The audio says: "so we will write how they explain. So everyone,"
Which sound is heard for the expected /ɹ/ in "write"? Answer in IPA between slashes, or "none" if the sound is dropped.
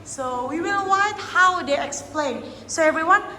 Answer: /w/